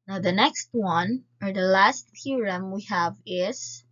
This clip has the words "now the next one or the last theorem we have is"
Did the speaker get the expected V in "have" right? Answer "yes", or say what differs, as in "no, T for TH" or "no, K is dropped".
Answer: yes